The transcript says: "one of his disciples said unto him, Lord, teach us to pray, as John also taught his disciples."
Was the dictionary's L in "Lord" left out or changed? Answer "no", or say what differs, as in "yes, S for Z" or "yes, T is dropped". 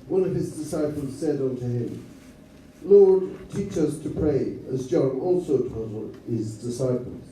no